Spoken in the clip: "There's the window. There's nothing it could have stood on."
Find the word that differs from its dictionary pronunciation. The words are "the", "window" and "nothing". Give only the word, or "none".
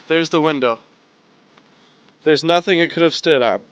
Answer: none